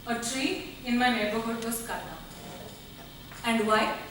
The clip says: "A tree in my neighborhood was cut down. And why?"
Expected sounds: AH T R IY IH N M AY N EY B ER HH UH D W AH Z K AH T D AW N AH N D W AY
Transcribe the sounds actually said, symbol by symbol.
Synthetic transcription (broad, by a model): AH T R IY IH N M AY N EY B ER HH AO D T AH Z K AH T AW AH N D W AY